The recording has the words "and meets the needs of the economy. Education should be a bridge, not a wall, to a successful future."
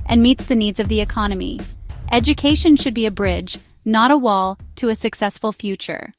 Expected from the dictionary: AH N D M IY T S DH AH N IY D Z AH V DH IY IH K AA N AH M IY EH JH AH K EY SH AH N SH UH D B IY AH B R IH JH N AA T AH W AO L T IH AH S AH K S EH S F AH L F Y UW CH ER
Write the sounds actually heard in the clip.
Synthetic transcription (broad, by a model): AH N M IY T S DH AH N IY D Z AH V DH IY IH K AA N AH M IY EH JH AH K EY SH AH N SH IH D B IY AH B R IH JH N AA T AH W AO L T IH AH S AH K S EH S F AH L F Y UW CH ER